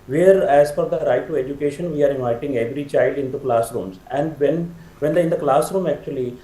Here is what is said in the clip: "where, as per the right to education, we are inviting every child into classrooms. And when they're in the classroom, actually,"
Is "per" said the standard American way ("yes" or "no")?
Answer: no